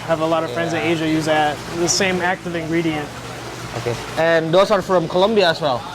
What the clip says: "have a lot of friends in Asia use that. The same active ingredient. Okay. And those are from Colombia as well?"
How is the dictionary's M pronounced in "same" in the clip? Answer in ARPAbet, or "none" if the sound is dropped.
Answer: M